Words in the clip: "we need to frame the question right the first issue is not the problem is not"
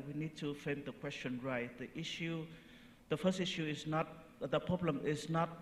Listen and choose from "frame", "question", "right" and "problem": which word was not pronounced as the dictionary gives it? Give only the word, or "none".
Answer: frame